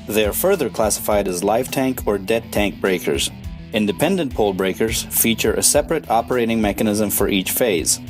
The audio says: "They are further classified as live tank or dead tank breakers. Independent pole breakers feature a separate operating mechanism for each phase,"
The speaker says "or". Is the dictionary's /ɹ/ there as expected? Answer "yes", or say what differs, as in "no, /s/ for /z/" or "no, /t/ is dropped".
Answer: yes